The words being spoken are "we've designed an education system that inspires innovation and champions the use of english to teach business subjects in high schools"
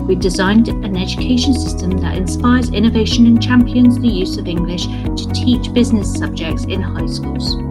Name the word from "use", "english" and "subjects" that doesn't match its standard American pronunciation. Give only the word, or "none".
none